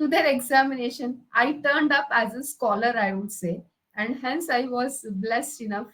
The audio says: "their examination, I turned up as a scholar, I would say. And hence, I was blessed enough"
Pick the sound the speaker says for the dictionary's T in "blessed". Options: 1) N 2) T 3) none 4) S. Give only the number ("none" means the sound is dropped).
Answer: 2